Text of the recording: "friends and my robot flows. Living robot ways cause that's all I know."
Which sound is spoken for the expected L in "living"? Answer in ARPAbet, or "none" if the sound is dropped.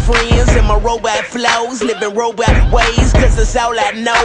N